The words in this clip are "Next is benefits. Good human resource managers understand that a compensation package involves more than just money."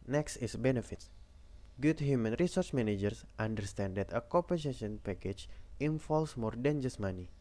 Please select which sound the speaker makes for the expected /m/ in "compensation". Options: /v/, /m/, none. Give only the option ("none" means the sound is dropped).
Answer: none